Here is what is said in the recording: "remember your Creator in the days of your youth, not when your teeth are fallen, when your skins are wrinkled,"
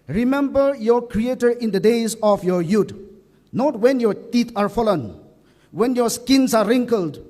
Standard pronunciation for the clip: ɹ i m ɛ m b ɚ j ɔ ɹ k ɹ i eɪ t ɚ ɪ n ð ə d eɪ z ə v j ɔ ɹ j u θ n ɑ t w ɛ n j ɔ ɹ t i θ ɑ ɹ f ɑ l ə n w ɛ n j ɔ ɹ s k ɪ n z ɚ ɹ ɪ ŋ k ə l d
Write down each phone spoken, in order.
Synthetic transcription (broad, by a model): ɹ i m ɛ m b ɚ j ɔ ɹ k ɹ i eɪ t ɚ ɪ n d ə d eɪ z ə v j ɔ ɹ j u t n ɑ t w ɛ n j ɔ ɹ t i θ ɑ ɹ f ɑ l ə n w ɛ n j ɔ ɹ s k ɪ n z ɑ ɹ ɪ ŋ k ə l d